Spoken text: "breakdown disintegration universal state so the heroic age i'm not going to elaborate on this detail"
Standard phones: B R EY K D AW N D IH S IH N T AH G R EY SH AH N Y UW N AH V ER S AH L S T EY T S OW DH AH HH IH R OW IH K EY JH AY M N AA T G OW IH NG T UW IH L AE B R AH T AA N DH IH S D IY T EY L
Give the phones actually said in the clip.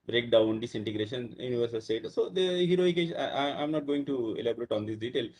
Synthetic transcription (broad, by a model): B R EY K D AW N D IH S IH N T AH G R EY SH AH N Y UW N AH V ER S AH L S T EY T S OW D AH HH IH R OW IH K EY SH AY M N AA T G OW IH NG T UW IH L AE B R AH T AA N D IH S D IY T EY L